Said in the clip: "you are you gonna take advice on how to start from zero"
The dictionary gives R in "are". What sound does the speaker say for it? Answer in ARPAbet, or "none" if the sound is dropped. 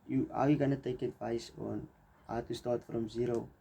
W